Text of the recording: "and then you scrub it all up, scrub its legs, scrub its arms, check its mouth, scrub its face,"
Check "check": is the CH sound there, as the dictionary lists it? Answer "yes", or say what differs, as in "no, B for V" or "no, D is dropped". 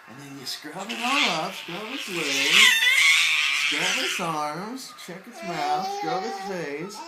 yes